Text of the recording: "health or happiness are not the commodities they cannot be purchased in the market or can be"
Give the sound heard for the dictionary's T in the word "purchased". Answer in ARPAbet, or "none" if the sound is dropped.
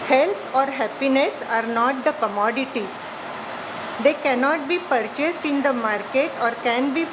T